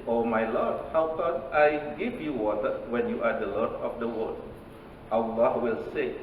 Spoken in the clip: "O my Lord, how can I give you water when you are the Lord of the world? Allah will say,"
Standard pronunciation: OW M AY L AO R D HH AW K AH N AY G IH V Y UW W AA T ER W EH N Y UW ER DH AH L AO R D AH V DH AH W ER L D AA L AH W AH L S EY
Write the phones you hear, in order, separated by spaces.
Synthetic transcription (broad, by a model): OW M AY L AO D HH AW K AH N AY G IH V Y UW W AA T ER W EH N Y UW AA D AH L AO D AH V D AH W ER D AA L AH W AH L S EY